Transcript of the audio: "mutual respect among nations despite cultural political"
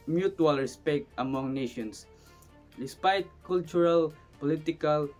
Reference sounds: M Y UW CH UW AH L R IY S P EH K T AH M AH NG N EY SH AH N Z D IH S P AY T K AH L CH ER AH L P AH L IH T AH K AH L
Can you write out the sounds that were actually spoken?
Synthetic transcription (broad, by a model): M Y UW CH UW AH L R IY S P EH K T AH M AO NG N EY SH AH N S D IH S P AY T K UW L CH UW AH L P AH L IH T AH K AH L